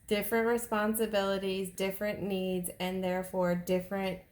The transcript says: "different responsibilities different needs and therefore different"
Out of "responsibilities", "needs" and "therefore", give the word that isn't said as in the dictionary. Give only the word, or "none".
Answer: none